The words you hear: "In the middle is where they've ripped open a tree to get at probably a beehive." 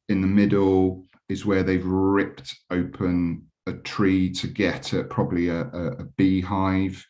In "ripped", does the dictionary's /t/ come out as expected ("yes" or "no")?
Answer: yes